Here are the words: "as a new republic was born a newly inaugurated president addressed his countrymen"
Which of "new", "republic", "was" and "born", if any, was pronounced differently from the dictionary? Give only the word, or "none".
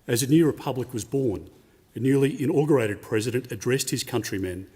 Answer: none